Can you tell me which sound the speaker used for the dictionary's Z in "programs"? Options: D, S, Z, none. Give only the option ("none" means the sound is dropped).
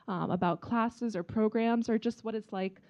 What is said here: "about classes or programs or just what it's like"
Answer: Z